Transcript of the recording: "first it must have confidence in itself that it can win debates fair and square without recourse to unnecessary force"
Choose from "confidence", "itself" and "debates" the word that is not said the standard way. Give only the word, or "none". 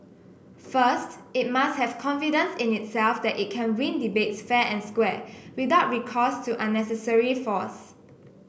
none